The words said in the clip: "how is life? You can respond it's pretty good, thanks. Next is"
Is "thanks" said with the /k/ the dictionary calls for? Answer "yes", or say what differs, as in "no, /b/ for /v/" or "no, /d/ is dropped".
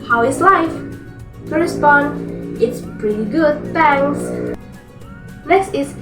no, /k/ is dropped